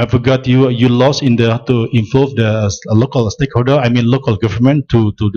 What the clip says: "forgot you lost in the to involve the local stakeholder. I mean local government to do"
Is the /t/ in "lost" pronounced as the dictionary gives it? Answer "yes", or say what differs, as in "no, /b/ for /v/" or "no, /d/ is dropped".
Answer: no, /t/ is dropped